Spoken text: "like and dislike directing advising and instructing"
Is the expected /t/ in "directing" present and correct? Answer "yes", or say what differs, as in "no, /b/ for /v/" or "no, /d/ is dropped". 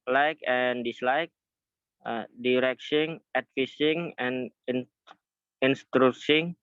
no, /s/ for /t/